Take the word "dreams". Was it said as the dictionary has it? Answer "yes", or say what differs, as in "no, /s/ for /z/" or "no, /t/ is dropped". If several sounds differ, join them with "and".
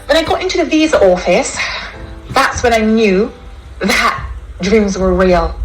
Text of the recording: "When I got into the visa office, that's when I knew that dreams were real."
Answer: yes